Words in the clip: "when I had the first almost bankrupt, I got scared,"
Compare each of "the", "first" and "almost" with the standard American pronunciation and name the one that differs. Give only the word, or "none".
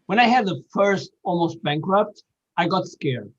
none